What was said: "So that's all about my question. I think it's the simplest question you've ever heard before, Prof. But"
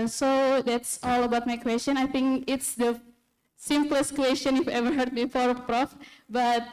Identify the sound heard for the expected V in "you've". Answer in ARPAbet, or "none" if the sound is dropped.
F